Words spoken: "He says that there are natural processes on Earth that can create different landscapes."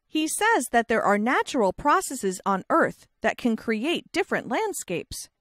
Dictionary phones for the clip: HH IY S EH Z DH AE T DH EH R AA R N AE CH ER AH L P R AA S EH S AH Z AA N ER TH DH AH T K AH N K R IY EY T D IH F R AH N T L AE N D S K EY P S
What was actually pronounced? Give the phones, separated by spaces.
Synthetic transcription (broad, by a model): HH IY S EH Z DH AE T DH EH R AA R N AE CH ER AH L P R AA S EH S AH Z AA N ER TH DH AH T K AH N K R IY EY T D IH F R AH N T L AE N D S K EY P S